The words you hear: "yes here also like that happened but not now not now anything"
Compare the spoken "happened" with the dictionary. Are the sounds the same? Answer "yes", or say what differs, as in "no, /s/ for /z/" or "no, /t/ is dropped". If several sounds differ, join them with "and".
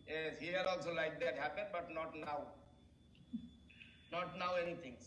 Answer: yes